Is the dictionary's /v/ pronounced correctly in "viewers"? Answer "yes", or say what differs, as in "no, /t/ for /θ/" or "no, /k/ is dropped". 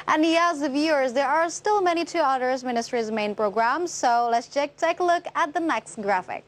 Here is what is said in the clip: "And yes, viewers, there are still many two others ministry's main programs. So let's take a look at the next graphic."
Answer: yes